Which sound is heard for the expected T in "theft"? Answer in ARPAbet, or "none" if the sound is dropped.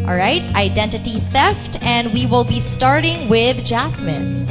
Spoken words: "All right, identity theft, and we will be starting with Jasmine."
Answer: T